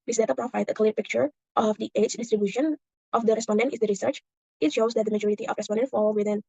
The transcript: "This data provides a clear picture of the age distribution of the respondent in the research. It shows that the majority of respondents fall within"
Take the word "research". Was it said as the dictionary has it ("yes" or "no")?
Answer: yes